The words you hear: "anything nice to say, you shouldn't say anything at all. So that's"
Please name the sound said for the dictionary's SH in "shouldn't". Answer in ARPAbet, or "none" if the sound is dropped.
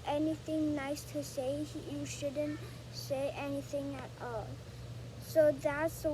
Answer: SH